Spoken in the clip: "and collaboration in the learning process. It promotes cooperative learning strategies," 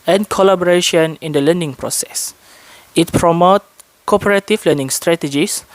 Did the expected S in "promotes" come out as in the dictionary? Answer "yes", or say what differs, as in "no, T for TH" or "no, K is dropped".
no, S is dropped